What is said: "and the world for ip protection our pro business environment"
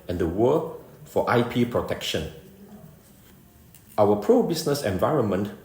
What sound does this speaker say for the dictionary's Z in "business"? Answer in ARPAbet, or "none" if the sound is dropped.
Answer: S